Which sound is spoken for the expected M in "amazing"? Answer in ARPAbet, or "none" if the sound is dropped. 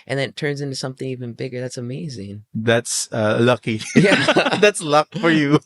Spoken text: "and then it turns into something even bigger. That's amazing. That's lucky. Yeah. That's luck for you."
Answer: M